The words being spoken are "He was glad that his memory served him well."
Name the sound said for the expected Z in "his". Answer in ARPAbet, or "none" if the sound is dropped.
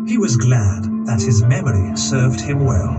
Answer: Z